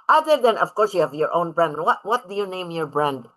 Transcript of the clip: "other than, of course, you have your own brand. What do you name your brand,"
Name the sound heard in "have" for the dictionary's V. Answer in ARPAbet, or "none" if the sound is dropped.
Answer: V